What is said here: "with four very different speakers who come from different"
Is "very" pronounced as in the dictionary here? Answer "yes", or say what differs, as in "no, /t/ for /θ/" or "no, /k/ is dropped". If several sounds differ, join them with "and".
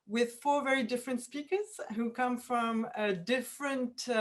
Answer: yes